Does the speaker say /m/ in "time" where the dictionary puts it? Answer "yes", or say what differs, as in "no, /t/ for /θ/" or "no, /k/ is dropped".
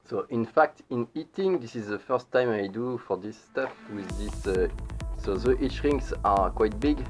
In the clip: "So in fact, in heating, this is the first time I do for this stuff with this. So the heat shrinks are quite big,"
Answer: yes